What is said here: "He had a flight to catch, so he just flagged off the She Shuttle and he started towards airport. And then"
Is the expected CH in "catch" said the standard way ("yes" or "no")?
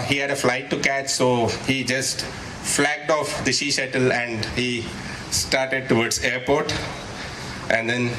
yes